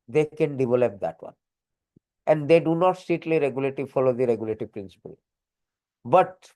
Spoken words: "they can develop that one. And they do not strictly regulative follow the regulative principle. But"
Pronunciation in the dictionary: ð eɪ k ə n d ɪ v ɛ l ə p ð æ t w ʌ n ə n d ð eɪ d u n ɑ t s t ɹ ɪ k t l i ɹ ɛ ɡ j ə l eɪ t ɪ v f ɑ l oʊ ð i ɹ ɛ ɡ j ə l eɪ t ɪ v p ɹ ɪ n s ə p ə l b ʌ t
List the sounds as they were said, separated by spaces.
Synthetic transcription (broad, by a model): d eɪ k ə n d ɪ v ɛ l ə p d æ t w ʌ n ə n d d eɪ d u n ɑ t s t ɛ t l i ɹ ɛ ɡ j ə l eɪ t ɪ f ɑ l oʊ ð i ɹ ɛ ɡ j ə l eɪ t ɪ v p ɹ ɪ n s ə p ə l b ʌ t